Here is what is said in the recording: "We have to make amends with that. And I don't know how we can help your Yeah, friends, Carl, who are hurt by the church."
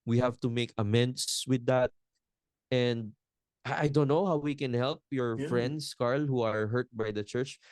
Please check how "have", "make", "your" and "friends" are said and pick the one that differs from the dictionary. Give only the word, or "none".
friends